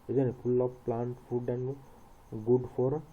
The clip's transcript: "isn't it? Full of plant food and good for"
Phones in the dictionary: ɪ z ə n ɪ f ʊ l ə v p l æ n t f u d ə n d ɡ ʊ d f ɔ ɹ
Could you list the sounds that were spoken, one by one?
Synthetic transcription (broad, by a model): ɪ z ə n ɪ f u l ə p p l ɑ n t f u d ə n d ɡ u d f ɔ ɹ